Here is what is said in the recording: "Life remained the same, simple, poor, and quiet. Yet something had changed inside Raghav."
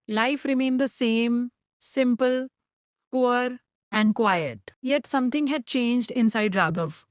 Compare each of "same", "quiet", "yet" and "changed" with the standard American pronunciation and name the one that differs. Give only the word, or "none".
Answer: none